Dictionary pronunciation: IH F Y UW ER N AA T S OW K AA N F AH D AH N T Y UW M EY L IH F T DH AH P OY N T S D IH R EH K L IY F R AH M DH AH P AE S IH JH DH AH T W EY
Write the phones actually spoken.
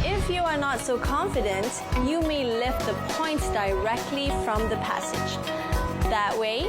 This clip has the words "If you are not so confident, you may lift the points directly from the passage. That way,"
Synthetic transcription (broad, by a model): IH F Y UW ER N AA T S OW K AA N F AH D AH N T Y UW M EY L IH F T DH AH P OY N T D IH R EH K L IY F R AH M DH AH P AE S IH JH DH AH T W EY